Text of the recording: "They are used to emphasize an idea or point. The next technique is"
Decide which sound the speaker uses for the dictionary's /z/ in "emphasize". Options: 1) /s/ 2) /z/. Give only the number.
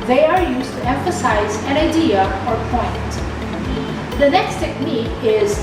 2